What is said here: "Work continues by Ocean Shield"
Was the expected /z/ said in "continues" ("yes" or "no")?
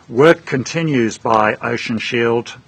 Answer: yes